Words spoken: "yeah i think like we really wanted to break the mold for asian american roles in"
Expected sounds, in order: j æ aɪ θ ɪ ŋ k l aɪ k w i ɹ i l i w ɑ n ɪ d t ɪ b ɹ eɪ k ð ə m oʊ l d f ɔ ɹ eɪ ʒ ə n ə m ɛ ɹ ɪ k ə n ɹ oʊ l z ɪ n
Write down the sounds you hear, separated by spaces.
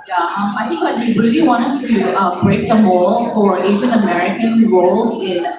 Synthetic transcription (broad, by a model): j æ aɪ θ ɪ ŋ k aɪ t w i ɹ i l i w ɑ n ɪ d t ɪ b ɹ eɪ k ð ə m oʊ l f ɔ ɹ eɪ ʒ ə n ə m ɛ ɹ ɪ k ə n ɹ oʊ l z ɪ n